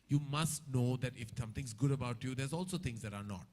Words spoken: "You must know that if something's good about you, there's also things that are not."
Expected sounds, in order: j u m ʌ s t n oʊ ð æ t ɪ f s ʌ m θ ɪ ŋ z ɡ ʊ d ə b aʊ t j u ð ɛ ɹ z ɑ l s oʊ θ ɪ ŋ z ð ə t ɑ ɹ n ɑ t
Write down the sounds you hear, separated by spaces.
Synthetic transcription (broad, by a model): j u m ʌ s t n oʊ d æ t ɪ f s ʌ m t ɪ ŋ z ɡ ʊ d ə b aʊ t j u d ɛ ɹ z ɑ l s oʊ t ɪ ŋ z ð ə t ɑ ɹ n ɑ t